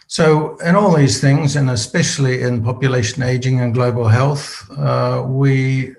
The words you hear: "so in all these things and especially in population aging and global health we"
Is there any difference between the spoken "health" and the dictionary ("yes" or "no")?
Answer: no